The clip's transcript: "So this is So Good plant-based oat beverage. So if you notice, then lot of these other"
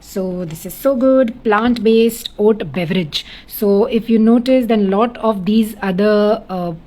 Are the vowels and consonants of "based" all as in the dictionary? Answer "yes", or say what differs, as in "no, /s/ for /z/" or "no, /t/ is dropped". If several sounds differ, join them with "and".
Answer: yes